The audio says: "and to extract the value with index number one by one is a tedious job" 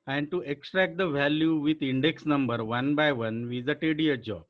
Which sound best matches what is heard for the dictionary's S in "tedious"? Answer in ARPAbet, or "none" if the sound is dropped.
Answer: none